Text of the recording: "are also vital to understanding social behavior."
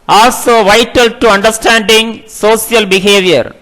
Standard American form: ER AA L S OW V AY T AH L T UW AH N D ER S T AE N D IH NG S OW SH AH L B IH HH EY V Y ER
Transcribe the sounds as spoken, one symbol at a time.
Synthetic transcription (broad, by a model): AA L S OW V AY T AH L T UW AH N D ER S T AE N D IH NG S OW S AH L B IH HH EY V Y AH